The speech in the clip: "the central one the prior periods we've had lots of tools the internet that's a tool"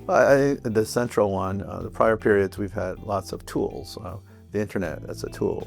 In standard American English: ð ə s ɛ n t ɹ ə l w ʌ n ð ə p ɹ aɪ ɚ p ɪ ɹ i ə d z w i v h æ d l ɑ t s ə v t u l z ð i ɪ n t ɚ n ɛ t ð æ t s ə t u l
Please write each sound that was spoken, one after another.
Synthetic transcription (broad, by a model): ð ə s ɛ n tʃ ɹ l w ʌ n ð ə p ɹ aɪ ɚ p ɪ ɹ i ə d z w i v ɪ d l ɑ t s ə v t u l z ð i ɪ n t ɚ n ɛ t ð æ t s ə t u l